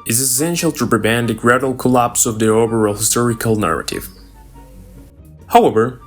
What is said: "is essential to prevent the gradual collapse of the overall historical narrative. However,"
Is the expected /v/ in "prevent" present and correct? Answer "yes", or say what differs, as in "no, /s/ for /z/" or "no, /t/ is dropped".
no, /b/ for /v/